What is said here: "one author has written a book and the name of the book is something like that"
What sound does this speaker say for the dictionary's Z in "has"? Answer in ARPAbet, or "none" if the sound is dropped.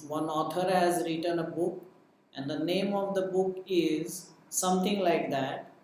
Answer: Z